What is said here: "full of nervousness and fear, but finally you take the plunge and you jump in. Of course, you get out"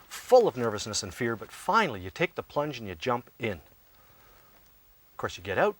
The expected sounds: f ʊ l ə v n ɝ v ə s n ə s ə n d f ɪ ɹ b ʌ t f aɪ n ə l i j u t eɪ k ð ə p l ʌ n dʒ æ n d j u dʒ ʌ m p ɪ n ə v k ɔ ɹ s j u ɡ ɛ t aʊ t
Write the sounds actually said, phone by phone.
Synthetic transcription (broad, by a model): f ʊ l ə v n ɝ v ə s n ə s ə n f ɪ ɹ b ʌ t f aɪ n l i j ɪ t eɪ k ð ə p l ʌ n dʒ n j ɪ dʒ ʌ m p ɪ n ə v k ɔ ɹ s j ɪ ɡ ɛ t aʊ t